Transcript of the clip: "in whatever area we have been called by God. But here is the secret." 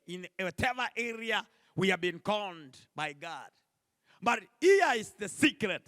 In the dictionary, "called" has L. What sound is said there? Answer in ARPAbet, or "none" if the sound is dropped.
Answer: N